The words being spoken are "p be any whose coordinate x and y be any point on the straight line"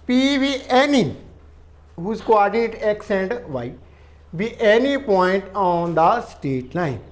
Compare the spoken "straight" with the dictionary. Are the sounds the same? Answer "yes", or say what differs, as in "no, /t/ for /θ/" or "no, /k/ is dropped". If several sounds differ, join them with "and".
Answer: no, /ɹ/ is dropped